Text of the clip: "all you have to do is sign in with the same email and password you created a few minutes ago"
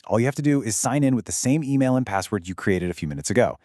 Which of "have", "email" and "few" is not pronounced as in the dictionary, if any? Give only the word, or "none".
have